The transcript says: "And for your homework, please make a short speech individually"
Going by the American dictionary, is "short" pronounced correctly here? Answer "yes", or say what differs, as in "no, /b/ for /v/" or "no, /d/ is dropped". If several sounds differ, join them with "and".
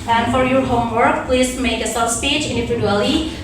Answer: no, /s/ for /ʃ/